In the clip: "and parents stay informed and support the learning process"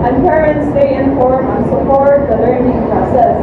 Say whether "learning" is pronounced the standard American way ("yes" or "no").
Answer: yes